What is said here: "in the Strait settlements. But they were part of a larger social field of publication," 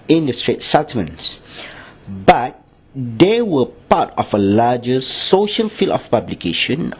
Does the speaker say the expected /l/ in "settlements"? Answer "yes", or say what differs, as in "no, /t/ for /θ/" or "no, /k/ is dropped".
no, /l/ is dropped